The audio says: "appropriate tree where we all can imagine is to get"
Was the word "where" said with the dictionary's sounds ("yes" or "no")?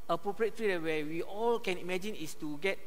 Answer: no